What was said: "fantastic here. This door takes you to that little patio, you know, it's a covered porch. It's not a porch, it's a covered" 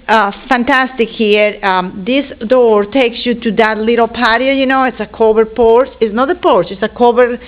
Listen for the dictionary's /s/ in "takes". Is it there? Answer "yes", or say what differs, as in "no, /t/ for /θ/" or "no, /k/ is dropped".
yes